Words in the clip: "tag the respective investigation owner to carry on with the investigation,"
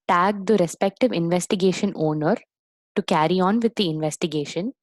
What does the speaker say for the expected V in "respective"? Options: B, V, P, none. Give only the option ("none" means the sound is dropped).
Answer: V